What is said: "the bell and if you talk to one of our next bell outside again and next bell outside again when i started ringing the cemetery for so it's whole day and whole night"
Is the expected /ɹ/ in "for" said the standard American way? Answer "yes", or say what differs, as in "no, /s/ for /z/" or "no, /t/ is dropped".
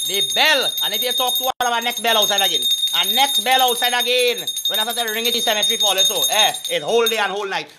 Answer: no, /l/ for /ɹ/